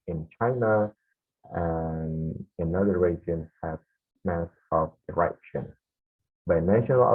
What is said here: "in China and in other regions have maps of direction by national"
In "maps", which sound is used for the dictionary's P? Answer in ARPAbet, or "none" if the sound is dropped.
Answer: none